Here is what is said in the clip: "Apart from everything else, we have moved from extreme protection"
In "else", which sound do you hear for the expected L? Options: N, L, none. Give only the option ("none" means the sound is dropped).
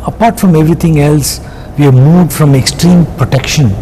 L